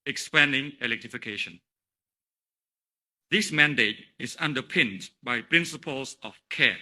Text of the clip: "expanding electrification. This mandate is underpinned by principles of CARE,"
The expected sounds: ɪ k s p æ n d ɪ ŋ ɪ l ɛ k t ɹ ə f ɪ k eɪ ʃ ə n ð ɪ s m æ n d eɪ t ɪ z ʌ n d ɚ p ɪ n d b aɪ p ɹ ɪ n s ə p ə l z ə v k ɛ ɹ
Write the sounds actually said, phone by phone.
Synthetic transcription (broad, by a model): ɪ k s p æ n d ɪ ŋ ɪ l ɛ k t ɹ ə f ɪ k eɪ ʃ ə n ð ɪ s m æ n d eɪ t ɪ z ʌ n d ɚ p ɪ n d b aɪ p ɹ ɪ n s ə p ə l s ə f k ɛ